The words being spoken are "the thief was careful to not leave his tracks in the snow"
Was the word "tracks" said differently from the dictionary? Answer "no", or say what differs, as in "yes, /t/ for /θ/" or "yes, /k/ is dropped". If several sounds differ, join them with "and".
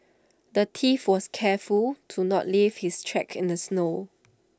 yes, /s/ is dropped